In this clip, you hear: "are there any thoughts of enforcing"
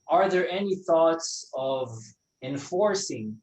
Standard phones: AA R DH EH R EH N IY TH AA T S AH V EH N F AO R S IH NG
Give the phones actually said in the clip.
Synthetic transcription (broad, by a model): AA R DH EH R EH N IY TH AA T S AH V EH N F AO R S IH NG